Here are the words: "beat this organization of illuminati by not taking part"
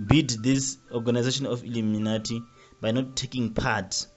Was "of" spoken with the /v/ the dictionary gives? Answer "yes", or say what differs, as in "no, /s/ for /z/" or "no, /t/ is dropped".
no, /f/ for /v/